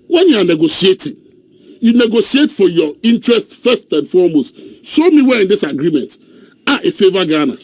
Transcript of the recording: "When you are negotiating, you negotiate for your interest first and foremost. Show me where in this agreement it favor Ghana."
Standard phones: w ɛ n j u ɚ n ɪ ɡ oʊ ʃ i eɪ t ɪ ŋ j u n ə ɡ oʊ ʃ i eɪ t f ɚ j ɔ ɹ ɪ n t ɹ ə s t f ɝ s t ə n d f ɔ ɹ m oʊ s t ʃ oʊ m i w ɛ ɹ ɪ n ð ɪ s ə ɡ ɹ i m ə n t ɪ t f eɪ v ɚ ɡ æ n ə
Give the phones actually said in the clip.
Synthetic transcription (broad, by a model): w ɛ n j u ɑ n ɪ ɡ oʊ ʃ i eɪ t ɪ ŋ j u n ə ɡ oʊ s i eɪ t f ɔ j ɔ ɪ n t ɹ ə s t f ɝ s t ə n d f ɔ m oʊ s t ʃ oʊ m i w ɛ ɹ ɪ n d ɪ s ə ɡ ɹ i m ə n t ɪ t f eɪ v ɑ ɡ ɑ n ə